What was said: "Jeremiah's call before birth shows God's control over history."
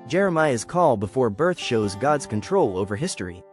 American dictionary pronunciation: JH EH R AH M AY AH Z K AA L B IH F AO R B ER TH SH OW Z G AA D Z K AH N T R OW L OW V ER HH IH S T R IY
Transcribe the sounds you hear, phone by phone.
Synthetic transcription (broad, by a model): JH EH R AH M AY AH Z K AA L B IH F AO R B ER TH SH OW Z G AA D Z K AH N T R OW L OW V ER HH IH S T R IY